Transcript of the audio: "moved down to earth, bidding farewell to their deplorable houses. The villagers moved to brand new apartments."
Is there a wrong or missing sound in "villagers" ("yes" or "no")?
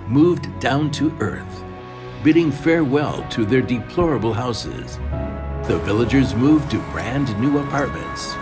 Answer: no